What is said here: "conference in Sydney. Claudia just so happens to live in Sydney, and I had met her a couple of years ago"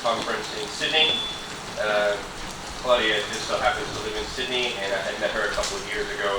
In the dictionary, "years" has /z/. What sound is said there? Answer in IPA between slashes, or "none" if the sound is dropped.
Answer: /z/